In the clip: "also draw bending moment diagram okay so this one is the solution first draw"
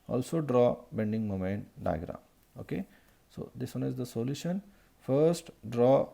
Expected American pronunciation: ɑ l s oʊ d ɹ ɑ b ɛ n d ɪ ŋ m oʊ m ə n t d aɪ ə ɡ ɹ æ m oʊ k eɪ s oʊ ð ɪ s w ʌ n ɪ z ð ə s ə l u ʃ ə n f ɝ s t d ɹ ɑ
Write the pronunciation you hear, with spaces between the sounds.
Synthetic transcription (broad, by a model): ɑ l s oʊ d ɹ ɑ b ɛ n d ɪ ŋ m oʊ m ə n t d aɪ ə ɡ ɹ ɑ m oʊ k eɪ s oʊ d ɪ s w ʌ n ɪ z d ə s ə l u ʃ ə n f ɝ s t d ɹ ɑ